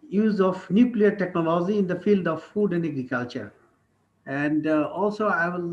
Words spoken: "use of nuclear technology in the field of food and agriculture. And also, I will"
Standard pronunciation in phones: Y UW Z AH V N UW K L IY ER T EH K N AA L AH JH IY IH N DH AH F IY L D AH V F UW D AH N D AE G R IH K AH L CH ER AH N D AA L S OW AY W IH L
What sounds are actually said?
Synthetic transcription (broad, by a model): Y UW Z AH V N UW K L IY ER T EH K N AA L AH JH IY IH N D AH F IY L D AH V F UW D AH N D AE G R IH K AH L CH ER AH N D AA L S OW AY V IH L